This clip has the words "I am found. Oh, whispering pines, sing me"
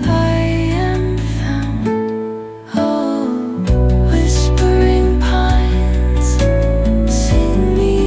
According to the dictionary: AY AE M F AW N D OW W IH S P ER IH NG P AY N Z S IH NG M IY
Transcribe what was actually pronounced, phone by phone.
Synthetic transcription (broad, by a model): AY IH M F AW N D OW W IH S P ER IH NG P AY N Z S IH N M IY